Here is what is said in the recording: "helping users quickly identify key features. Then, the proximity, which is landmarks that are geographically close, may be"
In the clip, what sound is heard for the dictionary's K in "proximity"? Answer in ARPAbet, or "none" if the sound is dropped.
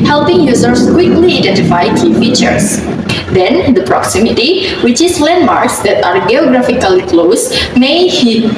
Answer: K